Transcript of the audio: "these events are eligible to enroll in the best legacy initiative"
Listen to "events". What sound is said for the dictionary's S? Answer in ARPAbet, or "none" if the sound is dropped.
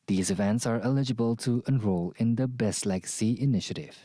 S